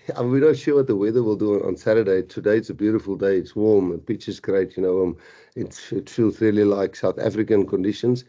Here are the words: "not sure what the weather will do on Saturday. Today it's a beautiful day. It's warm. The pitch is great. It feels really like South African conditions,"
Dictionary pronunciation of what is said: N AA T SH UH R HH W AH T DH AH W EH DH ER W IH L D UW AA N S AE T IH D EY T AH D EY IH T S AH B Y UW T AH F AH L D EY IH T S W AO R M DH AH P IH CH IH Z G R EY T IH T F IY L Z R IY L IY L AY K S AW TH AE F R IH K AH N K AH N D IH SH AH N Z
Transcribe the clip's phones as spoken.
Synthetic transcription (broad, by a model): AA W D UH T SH W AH T DH AH W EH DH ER W IH L D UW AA N S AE T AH D EY T AH D EY IH T S AH B Y UW T AH F AH L D EY IH T S W AO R M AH P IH CH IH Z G R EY T IH T F IY L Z R IY L IY L AY K S AW TH AE F R IH K AH N K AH N D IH SH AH N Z